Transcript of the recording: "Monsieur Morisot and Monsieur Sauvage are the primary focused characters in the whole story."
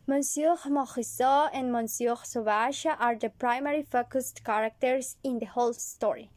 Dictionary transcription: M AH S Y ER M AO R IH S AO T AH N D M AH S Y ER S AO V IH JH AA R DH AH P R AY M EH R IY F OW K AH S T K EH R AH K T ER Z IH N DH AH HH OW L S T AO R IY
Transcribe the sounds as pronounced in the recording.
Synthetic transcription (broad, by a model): M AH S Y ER M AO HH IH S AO AH N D M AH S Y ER S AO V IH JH AA R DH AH P R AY M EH R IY F OW K AH S T K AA R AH K T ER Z IH N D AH HH OW L S T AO R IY